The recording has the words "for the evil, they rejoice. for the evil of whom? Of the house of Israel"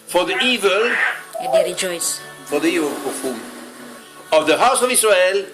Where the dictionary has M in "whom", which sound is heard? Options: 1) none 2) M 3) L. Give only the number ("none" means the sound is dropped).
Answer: 1